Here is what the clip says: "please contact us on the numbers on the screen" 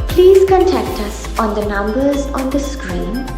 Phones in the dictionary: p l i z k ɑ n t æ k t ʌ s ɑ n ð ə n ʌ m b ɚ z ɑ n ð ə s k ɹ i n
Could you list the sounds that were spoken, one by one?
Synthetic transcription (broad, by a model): p l i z k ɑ n t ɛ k t ʌ s ɑ n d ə n ʌ m b ɚ z ɑ n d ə s k ɹ i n